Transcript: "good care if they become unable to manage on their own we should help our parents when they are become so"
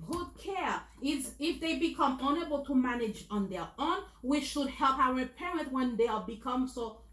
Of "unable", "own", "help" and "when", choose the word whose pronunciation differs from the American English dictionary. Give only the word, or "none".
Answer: none